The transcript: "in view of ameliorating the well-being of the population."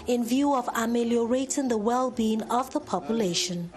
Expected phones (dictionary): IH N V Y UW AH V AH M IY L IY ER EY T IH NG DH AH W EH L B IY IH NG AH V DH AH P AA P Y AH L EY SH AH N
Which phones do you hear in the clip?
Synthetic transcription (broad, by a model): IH N V Y UW AH V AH M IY L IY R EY T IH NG DH AH W EH L B IY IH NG AH V DH AH P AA P Y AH L EY SH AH N